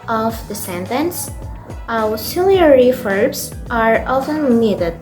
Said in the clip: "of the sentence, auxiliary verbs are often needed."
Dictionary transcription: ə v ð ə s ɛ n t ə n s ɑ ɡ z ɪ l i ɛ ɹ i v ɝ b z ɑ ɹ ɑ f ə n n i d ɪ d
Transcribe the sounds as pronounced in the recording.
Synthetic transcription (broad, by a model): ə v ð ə s ɛ n t ə n s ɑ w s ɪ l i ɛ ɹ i f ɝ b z ɑ ɹ ɑ f ə n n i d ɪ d